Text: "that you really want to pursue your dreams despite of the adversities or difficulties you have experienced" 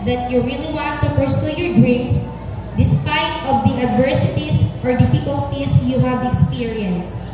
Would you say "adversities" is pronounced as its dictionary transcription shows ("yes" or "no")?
no